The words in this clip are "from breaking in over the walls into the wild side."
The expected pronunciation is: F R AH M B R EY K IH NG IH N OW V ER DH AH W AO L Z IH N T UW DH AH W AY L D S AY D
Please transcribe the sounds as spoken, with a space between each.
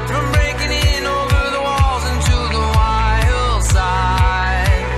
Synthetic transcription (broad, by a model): F R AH M B R EY K IH NG IH N OW V ER DH AH W AO L Z IH N T UW DH AH W AY L S AY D